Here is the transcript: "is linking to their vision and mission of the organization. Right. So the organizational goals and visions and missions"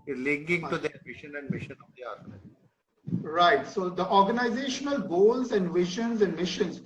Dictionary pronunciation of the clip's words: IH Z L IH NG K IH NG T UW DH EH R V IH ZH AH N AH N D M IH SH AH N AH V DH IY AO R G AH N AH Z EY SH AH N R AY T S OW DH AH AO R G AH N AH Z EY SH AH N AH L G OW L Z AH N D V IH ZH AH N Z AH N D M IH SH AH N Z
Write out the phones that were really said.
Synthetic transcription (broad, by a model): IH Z L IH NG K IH NG T UW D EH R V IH SH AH N AH N D M IH SH AH N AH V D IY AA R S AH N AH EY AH R AY T S OW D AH AO R G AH N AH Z EY SH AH N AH L G OW L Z AH N D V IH SH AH N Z AH N D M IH SH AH N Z